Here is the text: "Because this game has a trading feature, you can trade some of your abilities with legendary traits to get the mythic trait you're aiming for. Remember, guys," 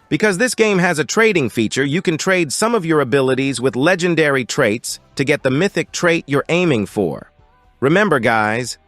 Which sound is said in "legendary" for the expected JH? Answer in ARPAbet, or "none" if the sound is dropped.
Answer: JH